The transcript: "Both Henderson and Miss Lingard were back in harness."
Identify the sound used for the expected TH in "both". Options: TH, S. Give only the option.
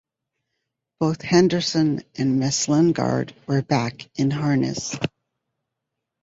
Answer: TH